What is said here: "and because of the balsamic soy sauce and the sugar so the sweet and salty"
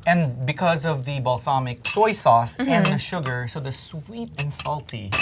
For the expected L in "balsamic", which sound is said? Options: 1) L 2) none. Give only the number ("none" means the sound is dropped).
1